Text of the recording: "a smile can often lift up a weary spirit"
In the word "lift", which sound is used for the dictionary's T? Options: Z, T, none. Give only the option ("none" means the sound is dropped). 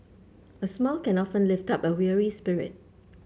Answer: T